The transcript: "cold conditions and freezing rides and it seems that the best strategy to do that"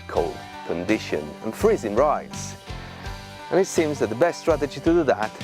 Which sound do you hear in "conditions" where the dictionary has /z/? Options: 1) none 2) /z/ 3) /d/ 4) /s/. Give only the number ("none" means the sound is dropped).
1